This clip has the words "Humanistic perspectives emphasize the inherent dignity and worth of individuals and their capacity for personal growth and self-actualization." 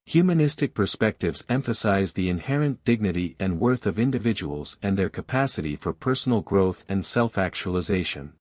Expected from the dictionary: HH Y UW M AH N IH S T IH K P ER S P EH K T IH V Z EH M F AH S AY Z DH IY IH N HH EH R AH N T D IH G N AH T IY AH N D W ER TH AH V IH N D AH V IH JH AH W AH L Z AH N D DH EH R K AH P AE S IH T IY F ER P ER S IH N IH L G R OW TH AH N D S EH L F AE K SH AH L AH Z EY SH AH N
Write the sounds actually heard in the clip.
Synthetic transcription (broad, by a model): HH Y UW M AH N IH S T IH K P ER S P EH K T IH V Z EH M F AH S AY Z DH IY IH N HH EH R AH N D IH G N AH T IY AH N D W ER TH AH V IH N D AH V IH JH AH W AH L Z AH N DH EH R K AH P AE S IH T IY F ER P ER S N L G R OW TH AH N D S EH L F AE K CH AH L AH Z EY SH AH N